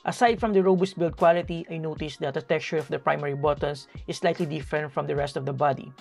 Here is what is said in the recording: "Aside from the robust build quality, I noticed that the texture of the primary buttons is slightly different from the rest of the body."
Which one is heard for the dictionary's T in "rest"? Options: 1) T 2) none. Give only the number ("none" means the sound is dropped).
1